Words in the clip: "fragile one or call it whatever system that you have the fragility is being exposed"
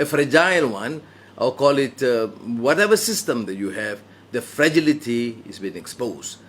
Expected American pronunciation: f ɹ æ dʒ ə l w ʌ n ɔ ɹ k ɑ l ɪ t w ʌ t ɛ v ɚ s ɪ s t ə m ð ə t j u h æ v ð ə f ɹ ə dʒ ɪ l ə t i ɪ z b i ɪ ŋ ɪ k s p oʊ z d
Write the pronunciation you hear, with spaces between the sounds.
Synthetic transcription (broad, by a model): f ɹ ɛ dʒ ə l w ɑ n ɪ l k ɑ l ɪ t w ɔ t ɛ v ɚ s ɪ s t ə m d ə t j u h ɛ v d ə f ɹ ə dʒ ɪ l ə t i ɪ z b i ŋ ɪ k s p oʊ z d